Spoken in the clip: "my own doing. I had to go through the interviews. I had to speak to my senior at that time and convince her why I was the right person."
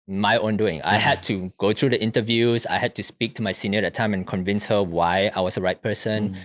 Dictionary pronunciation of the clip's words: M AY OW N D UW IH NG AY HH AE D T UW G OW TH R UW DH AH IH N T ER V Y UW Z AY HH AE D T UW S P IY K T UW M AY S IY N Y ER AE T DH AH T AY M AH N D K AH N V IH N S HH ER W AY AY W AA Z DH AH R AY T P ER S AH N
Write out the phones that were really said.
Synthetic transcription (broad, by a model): M AY OW N D UW IH NG AY HH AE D T UW G OW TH R UW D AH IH N T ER V Y UW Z AY HH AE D T UW S P IY K T UW M AY S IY N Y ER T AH T AY M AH N K AH N V IH N S HH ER W AY AY W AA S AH R AY T P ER S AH N